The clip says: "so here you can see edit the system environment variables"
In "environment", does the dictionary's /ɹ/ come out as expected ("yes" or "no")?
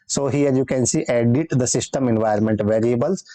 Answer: no